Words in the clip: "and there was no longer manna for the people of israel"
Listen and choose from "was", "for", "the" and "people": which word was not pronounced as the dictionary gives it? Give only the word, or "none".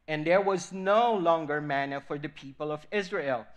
none